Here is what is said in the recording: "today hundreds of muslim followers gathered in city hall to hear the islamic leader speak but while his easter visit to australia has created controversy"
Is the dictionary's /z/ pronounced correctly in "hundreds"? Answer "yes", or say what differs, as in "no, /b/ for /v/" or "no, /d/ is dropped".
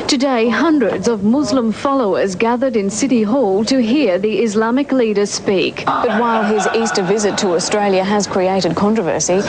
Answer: yes